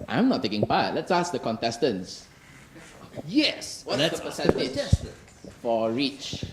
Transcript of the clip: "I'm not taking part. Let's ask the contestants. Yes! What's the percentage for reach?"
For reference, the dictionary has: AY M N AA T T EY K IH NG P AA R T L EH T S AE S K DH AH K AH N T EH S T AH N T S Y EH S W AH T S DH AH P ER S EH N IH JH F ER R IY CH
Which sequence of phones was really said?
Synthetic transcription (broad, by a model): AY M N AA T T EY K IH NG P AA T L EH T S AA S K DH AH K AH N T EH S T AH N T S Y EH S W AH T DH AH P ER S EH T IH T F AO R IY CH